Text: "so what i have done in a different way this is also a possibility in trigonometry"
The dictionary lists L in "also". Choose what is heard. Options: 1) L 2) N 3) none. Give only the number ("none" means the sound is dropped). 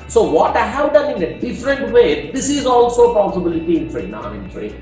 1